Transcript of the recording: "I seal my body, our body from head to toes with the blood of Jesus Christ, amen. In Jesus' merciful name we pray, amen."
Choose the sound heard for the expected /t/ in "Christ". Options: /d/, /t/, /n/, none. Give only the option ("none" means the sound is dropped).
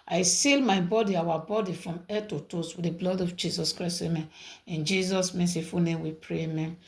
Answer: none